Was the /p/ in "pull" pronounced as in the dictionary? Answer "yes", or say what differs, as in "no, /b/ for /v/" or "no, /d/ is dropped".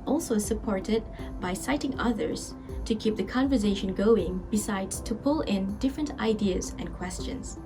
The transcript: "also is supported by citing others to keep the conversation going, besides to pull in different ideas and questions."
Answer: yes